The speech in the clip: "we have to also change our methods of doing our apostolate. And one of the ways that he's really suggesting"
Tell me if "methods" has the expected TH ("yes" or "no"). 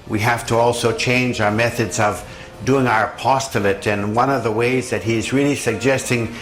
yes